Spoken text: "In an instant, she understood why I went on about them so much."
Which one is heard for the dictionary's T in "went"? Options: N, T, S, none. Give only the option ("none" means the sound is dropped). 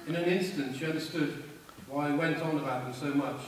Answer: T